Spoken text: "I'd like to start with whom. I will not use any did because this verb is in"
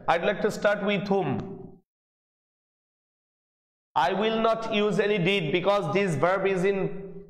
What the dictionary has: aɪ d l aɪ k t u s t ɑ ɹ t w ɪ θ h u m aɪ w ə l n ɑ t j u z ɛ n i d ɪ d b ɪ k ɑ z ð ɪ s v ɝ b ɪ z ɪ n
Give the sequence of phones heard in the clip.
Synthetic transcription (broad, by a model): aɪ d l aɪ k t u s t ɑ ɹ t w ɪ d h u m aɪ w ə l n ɑ t j u z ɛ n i d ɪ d b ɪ k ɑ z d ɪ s v ɝ b ɪ z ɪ n